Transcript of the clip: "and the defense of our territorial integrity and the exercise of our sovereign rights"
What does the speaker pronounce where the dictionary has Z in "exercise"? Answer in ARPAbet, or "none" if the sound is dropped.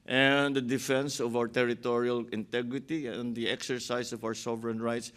S